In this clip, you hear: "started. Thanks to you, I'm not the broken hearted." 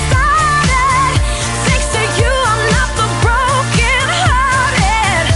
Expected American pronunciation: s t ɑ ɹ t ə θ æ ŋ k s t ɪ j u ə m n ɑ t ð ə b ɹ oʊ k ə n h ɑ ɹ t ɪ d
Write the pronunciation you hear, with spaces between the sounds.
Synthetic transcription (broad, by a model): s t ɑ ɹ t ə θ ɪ ŋ k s t ɪ j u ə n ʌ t ð ə b ɹ oʊ k ə n h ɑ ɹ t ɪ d